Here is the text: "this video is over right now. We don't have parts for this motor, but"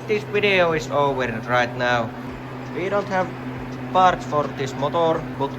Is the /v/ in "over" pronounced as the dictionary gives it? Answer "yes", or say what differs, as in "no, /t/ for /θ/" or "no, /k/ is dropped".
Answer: no, /w/ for /v/